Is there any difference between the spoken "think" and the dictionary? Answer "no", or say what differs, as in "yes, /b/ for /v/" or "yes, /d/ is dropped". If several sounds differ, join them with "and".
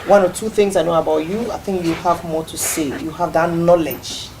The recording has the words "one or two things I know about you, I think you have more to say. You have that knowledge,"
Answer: no